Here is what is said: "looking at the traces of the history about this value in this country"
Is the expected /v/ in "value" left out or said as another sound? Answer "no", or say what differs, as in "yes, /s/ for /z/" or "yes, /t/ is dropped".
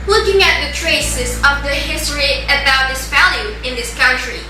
yes, /f/ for /v/